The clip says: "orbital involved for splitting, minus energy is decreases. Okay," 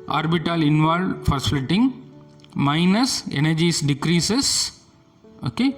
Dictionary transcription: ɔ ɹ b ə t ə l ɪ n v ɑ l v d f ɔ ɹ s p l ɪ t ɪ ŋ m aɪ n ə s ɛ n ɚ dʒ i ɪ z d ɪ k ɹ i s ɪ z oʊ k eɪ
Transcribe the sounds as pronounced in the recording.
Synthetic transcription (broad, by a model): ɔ ɹ b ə t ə l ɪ n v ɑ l d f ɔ ɹ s l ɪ t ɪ ŋ m aɪ n ə s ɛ n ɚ dʒ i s d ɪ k ɹ i s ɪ s oʊ k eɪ